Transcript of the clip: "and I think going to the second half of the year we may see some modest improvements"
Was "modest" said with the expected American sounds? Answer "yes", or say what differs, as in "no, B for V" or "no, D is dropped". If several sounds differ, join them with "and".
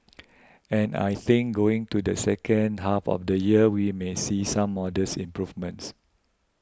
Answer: no, T is dropped